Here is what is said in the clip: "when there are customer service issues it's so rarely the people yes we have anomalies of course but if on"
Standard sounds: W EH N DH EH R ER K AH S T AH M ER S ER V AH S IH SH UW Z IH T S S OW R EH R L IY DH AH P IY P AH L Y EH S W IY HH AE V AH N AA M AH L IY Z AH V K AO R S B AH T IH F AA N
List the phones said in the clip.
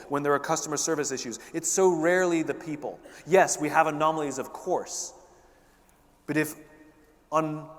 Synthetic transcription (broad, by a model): W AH N DH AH R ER K AH S T AH M ER S ER V AH S IH SH UW Z IH T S S OW R EH R L IY DH AH P IY P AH L Y EH S W IY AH V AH N AA M L IY Z AH V K AO R S B AH T IH F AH N